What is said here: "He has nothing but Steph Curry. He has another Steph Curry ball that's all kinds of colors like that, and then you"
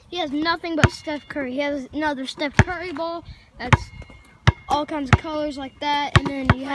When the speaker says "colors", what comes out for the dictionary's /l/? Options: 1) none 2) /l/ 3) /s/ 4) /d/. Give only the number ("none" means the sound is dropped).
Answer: 1